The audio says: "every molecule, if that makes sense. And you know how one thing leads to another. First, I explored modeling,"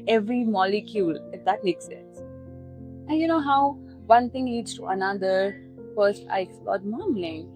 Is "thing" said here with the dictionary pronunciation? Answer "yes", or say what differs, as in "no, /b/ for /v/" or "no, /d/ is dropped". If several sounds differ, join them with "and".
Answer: no, /t/ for /θ/